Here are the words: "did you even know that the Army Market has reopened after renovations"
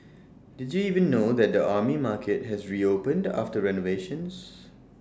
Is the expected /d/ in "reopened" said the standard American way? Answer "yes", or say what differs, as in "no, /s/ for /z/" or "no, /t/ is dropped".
yes